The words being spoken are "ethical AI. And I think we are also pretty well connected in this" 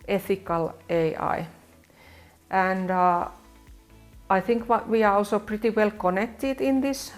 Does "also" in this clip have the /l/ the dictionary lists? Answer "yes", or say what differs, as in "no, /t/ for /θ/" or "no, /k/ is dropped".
yes